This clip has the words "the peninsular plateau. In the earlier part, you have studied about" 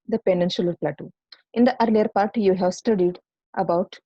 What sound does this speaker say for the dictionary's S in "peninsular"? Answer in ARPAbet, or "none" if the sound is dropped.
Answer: SH